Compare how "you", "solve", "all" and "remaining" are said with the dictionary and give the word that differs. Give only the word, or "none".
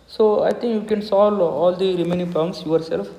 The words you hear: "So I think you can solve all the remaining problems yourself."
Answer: solve